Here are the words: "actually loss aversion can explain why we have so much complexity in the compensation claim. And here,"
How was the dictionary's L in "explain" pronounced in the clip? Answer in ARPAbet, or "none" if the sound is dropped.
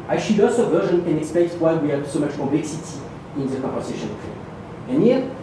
none